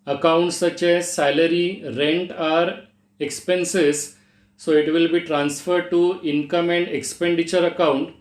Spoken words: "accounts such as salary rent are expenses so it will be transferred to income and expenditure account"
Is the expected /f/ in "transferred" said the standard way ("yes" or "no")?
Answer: yes